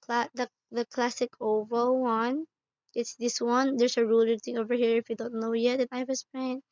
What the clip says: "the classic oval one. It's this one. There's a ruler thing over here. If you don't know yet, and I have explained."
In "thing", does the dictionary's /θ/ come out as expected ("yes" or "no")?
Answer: no